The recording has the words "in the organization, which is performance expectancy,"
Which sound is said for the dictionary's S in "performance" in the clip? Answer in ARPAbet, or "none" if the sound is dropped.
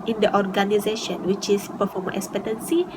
none